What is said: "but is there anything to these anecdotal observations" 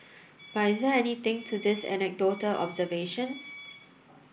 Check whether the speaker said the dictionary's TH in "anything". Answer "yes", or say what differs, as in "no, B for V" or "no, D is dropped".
no, T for TH